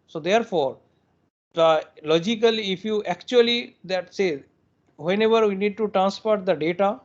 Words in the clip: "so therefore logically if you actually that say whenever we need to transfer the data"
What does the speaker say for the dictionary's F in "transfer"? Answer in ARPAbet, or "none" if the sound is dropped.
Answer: P